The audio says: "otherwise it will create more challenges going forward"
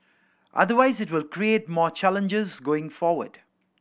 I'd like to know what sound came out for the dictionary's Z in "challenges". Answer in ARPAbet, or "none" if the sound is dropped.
Z